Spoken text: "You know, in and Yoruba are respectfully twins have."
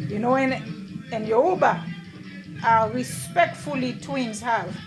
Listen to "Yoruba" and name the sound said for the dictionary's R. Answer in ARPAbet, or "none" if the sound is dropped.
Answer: none